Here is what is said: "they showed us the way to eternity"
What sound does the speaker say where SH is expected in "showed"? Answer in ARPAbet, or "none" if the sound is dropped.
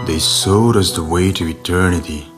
S